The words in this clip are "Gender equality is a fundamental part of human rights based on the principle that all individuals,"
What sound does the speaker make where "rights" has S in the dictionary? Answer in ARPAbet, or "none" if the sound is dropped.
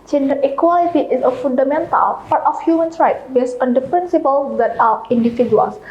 none